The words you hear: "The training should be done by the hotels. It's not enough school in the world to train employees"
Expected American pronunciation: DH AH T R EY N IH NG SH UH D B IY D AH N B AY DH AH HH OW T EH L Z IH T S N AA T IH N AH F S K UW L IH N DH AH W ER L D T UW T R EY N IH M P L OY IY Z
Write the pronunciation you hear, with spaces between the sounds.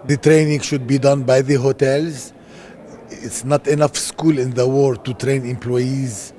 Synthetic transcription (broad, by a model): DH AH T R EY N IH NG SH UH D B IY D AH N B AY DH AH HH OW T EH L Z IH T S N AA T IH N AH F S K UW L IH N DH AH W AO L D T UW T R EY N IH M P L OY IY Z